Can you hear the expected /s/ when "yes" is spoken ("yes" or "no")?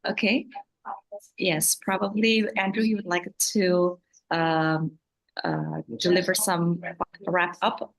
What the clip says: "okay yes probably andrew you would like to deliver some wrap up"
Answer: yes